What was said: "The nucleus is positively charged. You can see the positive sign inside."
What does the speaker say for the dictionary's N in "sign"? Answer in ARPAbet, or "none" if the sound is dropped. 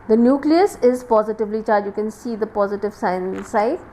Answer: none